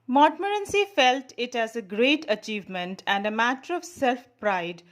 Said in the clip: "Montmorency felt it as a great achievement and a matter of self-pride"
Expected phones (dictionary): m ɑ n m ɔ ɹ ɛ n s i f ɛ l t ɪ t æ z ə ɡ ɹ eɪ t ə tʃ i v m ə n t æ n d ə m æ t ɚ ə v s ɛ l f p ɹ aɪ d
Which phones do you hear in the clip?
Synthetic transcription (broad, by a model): m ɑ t m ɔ ɹ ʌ n s i f ɛ l t ɪ t æ z ə ɡ ɹ eɪ t ə tʃ i v m ə n t æ n d ə m æ t ɚ ə v s ɛ l f p ɹ aɪ d